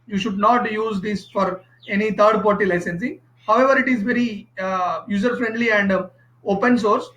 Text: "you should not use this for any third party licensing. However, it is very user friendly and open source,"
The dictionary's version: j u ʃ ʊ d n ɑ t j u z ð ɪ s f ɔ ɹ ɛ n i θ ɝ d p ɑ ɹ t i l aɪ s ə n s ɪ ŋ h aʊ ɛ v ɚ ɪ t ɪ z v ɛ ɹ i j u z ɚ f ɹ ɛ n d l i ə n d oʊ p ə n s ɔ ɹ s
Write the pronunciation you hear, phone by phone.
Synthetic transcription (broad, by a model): j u ʃ ʊ d n ɑ t j u z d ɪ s f ɔ ɹ ɛ n i t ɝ d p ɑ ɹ t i l aɪ s ə n s ɪ ŋ h aʊ ɛ v ɚ ɪ t ɪ z v ɛ ɹ i j u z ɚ f ɹ ɛ n d l i ə n d oʊ p ə n s ɔ ɹ s